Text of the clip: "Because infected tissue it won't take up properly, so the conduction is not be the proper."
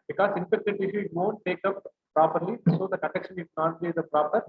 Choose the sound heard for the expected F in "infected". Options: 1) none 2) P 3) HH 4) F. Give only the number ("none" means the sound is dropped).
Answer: 2